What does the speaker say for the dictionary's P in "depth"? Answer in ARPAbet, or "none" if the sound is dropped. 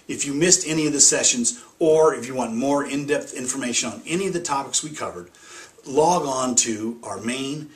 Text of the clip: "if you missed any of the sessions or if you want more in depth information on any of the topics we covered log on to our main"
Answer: P